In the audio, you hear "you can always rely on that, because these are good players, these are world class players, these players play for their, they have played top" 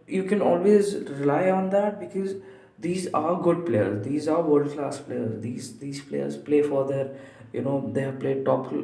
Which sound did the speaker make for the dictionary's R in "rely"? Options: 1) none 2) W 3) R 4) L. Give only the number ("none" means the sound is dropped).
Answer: 3